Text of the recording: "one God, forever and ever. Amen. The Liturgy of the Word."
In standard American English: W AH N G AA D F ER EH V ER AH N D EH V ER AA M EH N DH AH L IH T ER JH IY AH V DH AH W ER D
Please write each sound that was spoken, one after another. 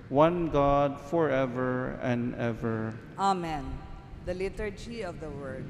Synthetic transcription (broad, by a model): W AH N G AA D F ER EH V ER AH N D EH V ER AA M EH N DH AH L IH T ER JH IY AH V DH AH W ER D